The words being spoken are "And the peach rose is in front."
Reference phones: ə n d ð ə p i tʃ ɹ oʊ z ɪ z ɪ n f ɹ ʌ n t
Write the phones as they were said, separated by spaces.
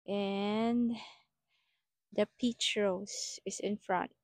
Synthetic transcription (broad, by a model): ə n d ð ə p i tʃ ɹ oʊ s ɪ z ɪ n f ɹ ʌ n t